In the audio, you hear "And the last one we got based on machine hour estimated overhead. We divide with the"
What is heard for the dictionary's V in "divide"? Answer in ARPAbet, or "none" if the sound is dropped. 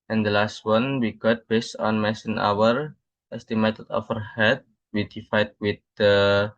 F